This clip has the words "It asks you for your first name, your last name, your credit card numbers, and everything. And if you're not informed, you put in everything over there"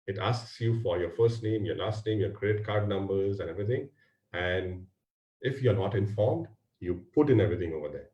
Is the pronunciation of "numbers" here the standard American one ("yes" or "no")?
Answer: yes